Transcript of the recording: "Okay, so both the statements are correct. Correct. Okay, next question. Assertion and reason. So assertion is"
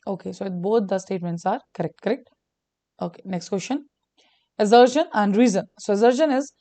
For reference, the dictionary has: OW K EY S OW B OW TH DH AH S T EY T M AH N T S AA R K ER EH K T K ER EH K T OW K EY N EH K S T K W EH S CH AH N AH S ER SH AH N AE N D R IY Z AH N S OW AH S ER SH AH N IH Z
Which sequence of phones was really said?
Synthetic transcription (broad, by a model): OW K EY S OW B OW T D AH S T EY T M AH N T S AA R K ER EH K T K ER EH K T OW K EY N EH K S T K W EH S SH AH N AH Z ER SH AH N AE N D R IY Z AH N S OW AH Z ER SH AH N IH Z